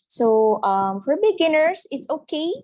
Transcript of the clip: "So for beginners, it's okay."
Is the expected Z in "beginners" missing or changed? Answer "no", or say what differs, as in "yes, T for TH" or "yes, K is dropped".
yes, S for Z